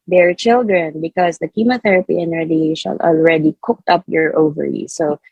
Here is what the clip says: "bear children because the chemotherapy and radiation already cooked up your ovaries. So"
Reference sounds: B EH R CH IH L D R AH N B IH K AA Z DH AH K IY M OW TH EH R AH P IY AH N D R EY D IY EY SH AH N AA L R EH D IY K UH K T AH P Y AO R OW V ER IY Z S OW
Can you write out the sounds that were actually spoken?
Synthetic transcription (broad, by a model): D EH R CH IH L D R AH N B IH K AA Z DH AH K IY M OW TH EH R AH P IY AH N R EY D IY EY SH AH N AA L R EH D IY K UH K T AH P Y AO R OW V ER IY S OW